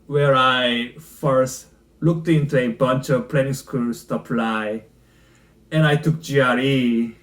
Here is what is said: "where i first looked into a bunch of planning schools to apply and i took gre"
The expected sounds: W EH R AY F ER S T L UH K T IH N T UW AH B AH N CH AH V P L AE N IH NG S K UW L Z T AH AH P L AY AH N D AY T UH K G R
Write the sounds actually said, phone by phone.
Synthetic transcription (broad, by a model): W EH R AY F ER S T L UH K T IH N T UW AH B AH N CH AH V P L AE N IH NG S K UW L S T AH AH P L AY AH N AY T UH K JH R